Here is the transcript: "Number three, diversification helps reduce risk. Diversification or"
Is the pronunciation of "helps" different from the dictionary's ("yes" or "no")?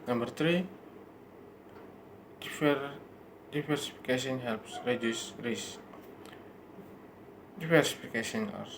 no